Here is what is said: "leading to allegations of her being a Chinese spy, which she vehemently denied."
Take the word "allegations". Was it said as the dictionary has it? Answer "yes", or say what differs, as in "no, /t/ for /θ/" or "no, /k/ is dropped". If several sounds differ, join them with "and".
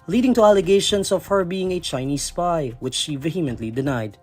no, /s/ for /z/